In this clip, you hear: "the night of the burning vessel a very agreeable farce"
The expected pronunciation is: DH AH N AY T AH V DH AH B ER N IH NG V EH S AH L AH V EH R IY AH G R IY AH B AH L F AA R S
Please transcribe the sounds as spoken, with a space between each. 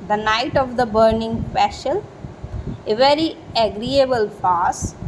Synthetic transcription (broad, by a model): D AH N AY T AH V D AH B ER N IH NG P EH SH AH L AH V EH R IY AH G R IY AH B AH L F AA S